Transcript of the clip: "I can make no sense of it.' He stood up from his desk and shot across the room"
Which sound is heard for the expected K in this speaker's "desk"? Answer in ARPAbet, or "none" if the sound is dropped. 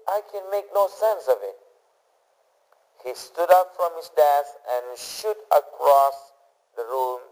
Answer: none